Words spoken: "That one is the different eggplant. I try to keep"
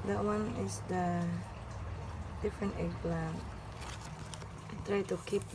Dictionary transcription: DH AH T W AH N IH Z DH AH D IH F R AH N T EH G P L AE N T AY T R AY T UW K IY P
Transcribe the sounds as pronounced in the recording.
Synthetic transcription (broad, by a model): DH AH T W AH N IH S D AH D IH F R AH N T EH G L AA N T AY T R AY T UW K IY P